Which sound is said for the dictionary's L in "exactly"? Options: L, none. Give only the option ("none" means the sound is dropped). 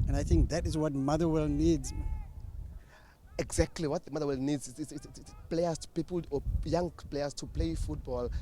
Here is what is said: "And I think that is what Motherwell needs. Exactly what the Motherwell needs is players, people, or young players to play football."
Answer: L